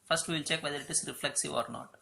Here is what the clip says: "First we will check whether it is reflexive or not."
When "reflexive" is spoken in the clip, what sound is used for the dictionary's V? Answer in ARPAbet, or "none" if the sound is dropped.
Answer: V